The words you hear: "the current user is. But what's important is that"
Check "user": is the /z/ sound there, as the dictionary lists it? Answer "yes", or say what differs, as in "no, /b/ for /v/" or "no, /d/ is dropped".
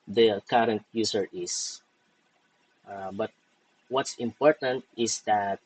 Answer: no, /s/ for /z/